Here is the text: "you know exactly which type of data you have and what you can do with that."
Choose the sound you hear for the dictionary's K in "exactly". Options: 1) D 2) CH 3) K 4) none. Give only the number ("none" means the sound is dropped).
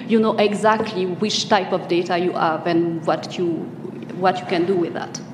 3